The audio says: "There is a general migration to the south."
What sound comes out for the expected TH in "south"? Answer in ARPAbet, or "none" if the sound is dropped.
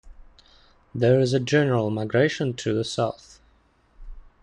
TH